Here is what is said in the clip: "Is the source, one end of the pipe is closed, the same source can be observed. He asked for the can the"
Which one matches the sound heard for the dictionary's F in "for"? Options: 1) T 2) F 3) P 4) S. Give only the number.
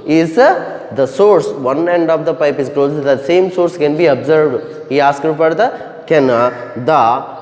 3